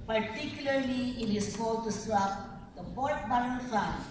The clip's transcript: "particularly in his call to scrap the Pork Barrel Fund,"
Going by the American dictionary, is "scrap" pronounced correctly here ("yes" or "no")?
no